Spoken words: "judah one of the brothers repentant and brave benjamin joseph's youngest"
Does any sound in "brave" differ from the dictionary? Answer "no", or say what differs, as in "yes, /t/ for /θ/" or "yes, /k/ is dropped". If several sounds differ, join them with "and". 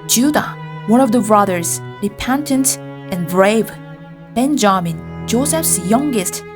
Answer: no